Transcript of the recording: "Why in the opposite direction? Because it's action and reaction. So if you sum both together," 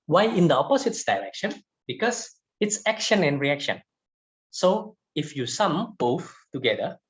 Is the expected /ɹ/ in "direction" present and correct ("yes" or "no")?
no